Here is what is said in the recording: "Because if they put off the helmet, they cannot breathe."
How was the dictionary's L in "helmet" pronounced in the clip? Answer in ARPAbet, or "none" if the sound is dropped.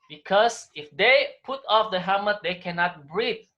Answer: none